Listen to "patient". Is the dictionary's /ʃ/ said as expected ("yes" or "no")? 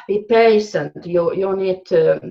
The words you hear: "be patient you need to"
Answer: no